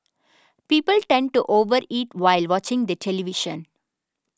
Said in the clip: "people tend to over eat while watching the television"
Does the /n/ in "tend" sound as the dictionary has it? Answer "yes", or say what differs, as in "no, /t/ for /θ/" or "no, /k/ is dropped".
yes